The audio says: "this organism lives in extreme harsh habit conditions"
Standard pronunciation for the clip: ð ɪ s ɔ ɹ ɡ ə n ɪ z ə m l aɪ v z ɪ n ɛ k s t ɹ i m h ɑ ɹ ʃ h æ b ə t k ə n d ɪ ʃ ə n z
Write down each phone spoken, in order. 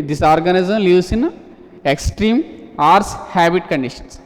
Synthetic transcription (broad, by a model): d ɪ s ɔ ɹ ɡ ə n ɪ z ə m l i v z ɪ n ɛ k s t ɹ i m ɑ ɹ s h æ b ə t k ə n d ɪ ʃ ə n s